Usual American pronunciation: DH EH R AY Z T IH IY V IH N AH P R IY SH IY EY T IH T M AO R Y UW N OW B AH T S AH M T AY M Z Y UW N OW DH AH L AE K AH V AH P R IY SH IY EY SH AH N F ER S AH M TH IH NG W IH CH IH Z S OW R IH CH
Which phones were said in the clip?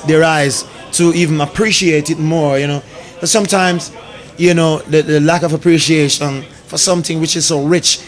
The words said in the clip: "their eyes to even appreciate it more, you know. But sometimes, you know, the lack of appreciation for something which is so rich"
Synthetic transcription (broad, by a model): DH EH R AY Z T IH IY V IH N AH P R IY SH IY EY T IH T M AO R Y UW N OW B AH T S AH M T AY M Z Y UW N OW DH AH L AE K AH V AH P R IY SH IY EY SH AH N F ER S AH M TH IH NG W IH CH IH Z S OW R IH CH